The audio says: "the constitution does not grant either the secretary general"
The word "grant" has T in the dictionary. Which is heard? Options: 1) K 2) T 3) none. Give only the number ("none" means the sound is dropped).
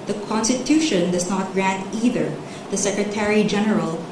2